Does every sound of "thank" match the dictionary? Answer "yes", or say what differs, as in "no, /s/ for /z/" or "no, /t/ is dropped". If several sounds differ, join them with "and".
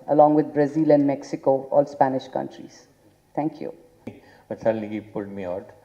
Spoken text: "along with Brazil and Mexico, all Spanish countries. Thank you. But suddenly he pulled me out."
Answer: no, /t/ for /θ/